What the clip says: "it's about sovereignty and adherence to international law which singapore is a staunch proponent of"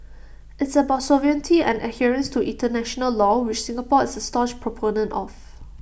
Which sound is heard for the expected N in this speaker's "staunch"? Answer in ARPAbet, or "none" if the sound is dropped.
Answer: none